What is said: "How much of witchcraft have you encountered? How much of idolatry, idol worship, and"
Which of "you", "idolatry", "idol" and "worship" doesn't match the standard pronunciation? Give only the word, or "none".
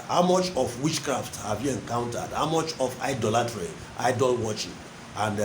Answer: worship